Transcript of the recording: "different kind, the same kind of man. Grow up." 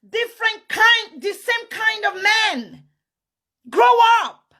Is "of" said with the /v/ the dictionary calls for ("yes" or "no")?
yes